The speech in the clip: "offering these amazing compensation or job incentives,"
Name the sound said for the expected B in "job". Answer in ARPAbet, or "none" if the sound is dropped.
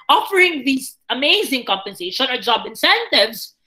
B